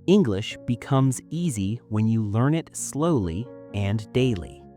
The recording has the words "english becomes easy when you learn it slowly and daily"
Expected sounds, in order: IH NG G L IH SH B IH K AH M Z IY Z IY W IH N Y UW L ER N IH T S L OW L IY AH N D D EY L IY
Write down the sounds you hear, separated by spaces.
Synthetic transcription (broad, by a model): IH NG G L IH SH B IH K AH M Z IY Z IY W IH N Y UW L ER N IH T S L OW L IY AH N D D EY L IY